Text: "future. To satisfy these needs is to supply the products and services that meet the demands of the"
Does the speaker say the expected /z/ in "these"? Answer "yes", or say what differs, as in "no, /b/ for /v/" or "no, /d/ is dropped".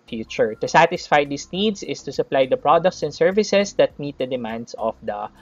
no, /s/ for /z/